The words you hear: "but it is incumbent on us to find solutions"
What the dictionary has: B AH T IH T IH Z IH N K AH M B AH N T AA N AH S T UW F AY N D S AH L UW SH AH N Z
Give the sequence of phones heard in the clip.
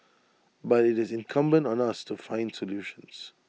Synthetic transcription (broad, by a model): B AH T IH T IH Z IH N K AH M B AH N T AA N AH S T UW F AY N D S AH L UW SH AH N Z